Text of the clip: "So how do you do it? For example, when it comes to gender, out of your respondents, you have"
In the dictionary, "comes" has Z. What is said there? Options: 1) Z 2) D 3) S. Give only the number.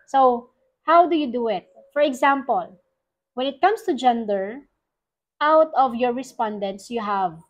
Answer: 3